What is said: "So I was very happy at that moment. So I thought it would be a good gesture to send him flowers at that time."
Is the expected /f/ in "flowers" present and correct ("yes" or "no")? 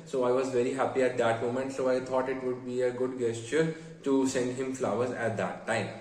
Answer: yes